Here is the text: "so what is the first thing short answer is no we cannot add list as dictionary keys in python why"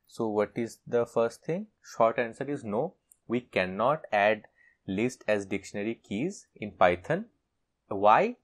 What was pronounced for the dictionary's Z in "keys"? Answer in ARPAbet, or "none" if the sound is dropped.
Z